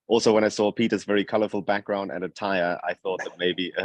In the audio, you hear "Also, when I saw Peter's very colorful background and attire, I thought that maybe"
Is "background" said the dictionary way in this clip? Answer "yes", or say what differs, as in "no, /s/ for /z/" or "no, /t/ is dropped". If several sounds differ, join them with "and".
yes